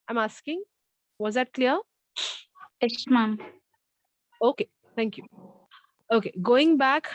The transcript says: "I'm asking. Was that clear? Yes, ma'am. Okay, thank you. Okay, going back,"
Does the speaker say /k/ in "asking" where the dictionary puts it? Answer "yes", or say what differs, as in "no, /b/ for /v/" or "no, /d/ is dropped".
yes